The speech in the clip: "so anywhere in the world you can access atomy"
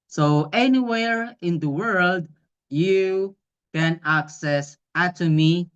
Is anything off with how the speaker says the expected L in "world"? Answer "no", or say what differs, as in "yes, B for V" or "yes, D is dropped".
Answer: no